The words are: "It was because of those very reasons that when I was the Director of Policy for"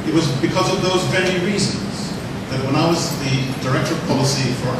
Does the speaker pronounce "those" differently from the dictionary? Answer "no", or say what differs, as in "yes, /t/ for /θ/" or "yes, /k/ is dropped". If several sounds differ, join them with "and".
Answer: no